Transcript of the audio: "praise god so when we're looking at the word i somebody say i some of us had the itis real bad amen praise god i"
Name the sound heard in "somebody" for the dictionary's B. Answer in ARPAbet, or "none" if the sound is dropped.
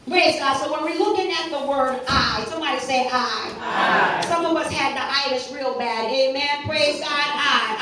none